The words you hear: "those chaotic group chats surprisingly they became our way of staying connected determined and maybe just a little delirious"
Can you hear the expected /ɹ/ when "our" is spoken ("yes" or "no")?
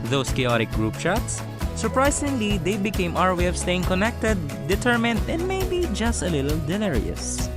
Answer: yes